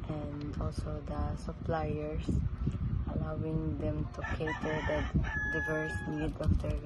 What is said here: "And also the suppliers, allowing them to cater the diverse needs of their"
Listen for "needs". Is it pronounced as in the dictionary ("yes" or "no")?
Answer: no